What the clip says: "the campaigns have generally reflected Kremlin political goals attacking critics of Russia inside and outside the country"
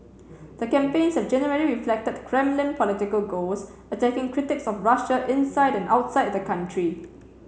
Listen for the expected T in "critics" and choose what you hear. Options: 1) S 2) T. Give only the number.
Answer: 2